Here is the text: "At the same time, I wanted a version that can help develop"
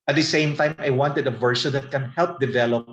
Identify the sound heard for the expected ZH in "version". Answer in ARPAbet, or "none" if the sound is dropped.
S